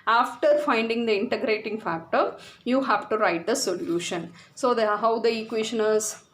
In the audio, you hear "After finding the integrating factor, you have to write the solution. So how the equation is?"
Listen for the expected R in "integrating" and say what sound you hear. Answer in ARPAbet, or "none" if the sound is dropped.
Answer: R